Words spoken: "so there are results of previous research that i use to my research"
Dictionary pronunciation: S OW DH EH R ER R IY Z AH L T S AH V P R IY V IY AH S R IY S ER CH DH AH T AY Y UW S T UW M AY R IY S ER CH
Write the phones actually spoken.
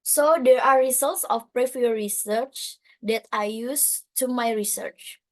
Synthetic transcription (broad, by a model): S OW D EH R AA R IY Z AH L T S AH F P R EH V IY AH R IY S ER CH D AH T AY Y UW S T UW M AY R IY S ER CH